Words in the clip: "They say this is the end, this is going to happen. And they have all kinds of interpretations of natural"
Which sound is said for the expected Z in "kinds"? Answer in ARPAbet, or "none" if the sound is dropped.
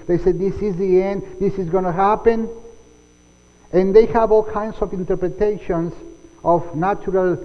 S